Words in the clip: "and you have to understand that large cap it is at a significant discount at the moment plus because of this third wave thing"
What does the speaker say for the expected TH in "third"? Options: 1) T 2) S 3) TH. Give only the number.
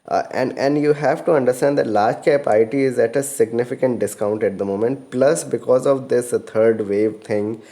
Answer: 1